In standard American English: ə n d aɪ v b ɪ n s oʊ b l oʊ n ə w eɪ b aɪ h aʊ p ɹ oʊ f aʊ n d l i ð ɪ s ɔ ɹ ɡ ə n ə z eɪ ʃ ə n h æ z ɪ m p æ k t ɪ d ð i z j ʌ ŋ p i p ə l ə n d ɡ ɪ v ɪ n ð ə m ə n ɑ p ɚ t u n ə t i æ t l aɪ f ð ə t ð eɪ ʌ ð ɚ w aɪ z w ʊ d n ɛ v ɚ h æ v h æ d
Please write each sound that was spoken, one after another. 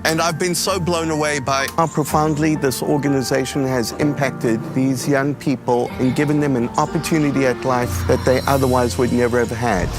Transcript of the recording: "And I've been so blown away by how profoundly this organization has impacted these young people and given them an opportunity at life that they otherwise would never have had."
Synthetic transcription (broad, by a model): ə n aɪ v b ɪ n s oʊ b l oʊ n ə w eɪ b aɪ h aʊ p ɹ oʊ f aʊ n d l i ð ɪ s ɔ ɹ ɡ ə n ə z eɪ ʃ ə n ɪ z ɪ m p æ k t ɪ d ð i z j ʌ ŋ p i p ə l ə n ɡ ɪ v ɪ n ð ə m ə n ɑ p ɚ t u n ə t i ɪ t l aɪ f ð ə t ð eɪ ʌ ð ɚ w aɪ z w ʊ d n ɛ v ɚ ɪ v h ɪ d